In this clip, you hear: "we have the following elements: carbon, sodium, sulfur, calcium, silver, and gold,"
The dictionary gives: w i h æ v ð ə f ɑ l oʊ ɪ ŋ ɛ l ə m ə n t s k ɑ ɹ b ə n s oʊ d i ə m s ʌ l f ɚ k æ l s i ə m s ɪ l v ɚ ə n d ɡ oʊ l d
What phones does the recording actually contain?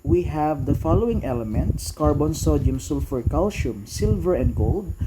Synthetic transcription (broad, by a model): w i h æ v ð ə f ɑ l oʊ ɪ ŋ ɛ l ə m ə n t s k ɑ ɹ b ə n s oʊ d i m s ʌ l f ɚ k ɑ l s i m s ɪ l v ɚ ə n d ɡ oʊ l d